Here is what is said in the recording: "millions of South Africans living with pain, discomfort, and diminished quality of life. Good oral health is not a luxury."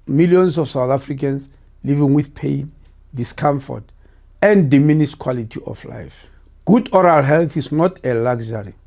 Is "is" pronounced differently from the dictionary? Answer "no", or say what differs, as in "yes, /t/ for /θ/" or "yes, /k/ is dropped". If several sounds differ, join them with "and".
yes, /s/ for /z/